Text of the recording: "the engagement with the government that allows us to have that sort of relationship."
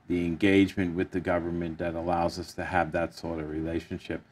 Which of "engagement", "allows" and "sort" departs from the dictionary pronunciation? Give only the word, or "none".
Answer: none